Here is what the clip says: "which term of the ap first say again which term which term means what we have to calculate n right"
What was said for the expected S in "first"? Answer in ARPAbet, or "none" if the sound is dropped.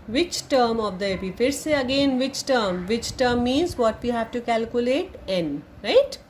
none